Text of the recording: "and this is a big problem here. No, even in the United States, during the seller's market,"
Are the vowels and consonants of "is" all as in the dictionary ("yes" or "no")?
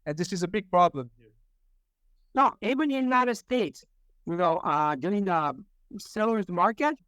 yes